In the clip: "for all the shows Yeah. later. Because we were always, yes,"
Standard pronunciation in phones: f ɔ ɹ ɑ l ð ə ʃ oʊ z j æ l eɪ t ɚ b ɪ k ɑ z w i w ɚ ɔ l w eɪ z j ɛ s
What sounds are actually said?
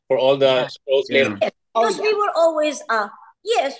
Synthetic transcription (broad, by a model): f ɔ ɹ ɑ l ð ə s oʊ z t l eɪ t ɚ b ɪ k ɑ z w i w ɚ ɔ l w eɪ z j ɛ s